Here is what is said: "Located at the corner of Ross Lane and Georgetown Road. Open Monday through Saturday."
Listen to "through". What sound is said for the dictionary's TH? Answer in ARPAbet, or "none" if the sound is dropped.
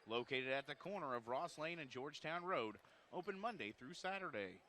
TH